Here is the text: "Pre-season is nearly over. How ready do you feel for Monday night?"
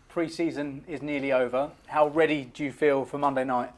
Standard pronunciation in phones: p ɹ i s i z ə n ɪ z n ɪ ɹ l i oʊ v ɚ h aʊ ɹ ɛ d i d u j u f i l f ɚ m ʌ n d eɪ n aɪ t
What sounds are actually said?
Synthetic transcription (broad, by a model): p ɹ i s i z ə n ɪ z n ɪ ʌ l i oʊ v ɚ h aʊ ɹ ɛ d i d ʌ j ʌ f i l f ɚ m ʌ n d eɪ n aɪ t